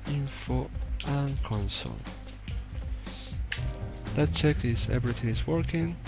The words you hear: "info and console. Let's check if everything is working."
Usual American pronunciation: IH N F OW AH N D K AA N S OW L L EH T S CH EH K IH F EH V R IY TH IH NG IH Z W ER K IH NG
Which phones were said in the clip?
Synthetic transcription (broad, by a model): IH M F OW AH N K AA N S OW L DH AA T CH EH K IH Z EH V R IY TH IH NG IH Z W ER K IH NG